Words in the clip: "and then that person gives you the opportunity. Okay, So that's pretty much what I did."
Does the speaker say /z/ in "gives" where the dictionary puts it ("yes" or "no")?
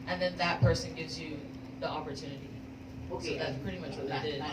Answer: yes